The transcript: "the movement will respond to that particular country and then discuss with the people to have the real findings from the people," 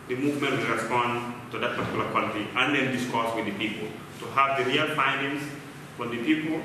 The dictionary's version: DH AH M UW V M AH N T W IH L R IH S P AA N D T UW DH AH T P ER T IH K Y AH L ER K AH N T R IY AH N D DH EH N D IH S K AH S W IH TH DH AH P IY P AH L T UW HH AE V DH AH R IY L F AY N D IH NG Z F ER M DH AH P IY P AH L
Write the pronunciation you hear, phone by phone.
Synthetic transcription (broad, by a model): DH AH M UW V M AH N T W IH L R IH S P AA N D T UW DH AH T P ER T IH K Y L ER K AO L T IY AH N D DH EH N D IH S K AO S W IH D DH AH P IY P AH L T UW HH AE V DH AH R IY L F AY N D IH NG S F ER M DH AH P IY P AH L